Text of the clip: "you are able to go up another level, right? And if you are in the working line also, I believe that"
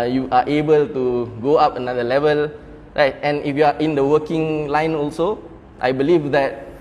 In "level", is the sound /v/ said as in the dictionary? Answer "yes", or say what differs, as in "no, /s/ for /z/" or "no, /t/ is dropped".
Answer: yes